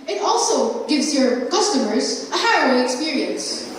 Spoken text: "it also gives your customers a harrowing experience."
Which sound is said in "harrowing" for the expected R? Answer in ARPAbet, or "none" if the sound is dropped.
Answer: none